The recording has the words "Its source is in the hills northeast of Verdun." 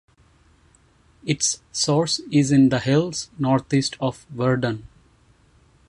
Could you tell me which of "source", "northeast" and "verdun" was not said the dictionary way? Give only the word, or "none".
northeast